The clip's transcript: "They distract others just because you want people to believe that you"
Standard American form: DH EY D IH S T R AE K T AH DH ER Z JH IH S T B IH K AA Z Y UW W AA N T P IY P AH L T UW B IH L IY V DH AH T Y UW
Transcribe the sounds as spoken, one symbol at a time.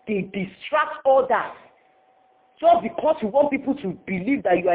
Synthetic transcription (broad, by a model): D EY D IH S T R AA K T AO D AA JH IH S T B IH K AA S Y UW W AA N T P IY P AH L T UW B IH L IY V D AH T Y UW